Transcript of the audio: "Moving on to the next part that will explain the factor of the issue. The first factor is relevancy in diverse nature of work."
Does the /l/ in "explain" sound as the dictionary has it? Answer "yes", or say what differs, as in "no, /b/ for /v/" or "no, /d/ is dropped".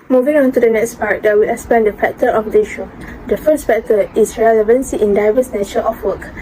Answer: no, /l/ is dropped